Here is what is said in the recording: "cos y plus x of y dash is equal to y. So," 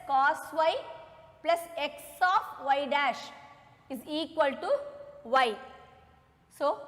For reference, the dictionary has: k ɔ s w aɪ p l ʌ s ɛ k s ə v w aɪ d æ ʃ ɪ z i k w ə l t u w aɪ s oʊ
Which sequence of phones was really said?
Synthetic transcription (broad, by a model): k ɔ s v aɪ p l ʌ s ɛ k s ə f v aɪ d æ ʃ ɪ z i k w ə l t u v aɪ s oʊ